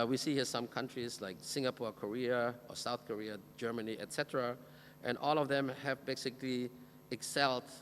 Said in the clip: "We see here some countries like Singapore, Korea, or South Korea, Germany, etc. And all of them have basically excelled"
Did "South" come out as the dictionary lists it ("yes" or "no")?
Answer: yes